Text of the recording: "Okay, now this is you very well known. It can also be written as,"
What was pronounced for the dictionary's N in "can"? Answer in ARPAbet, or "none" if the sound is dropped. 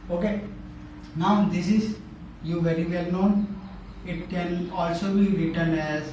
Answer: N